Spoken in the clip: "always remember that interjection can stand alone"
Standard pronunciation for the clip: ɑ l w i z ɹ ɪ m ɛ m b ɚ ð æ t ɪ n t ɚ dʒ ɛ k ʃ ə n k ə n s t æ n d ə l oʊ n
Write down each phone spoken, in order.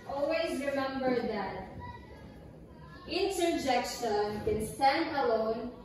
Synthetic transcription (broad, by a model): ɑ l w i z ɹ ɪ m ɛ m b ɚ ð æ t ɪ n t ɚ dʒ ɛ k ʃ ə n k ə n s t æ n d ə l oʊ n